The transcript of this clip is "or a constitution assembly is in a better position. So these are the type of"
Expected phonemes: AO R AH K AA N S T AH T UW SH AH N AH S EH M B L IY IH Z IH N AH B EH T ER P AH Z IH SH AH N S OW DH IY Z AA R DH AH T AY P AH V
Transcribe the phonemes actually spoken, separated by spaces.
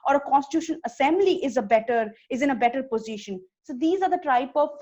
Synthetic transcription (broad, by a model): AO R AH K AA N S T AH T UW SH AH N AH S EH M B L IY IH Z IH N AH B EH T ER P AH Z IH SH AH N S OW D IY Z AA R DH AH T AY P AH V